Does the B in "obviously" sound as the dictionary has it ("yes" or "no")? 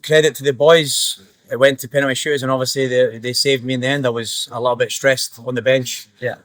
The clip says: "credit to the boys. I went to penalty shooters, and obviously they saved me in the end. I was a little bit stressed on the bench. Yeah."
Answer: no